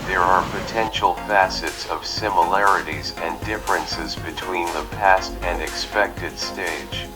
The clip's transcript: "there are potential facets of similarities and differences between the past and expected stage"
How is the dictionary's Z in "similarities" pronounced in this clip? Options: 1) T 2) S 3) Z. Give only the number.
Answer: 3